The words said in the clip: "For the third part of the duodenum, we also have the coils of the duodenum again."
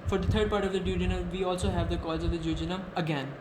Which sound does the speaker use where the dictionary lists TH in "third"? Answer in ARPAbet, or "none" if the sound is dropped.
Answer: T